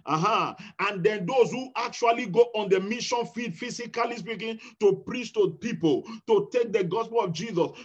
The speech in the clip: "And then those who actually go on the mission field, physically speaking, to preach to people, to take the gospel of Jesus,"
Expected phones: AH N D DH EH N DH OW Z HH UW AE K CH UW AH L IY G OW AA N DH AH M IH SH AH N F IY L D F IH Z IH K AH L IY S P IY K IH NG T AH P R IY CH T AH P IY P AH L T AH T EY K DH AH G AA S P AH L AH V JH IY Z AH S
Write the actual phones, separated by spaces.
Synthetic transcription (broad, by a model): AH N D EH N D OW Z HH UW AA K CH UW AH L IY G OW AA N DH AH M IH SH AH N F IY D F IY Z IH K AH L IY S P IY K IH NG T AH P R IY CH T AH P IY P AH L T AH T EY K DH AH G AA S P AH L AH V JH IY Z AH S